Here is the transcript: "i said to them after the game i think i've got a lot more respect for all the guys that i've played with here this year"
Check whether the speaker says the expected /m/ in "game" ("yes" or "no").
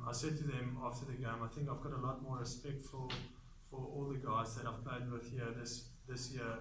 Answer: yes